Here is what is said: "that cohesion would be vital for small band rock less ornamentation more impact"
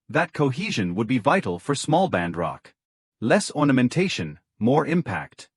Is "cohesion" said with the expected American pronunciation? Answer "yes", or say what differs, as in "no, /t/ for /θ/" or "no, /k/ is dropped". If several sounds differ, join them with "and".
yes